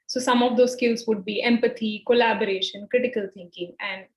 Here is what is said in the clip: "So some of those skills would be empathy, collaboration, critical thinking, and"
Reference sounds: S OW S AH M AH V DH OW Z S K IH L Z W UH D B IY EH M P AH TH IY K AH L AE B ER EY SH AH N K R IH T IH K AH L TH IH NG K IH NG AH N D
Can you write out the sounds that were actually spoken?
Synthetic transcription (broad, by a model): S OW S AH M AH V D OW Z S K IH L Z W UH D B IY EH M P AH T IY K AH L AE B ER EY SH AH N K R IH T IH K AH L T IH NG K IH NG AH N D